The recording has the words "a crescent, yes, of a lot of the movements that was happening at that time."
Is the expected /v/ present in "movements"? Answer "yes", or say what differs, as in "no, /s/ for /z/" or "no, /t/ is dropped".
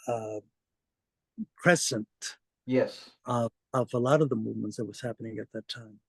yes